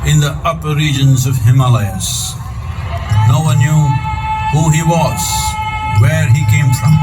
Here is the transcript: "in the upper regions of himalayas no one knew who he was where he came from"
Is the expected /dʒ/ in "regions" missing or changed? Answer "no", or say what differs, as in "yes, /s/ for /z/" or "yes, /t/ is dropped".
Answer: no